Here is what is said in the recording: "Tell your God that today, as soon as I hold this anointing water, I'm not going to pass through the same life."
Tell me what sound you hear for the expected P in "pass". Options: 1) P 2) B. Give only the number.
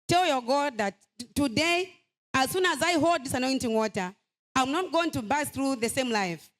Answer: 2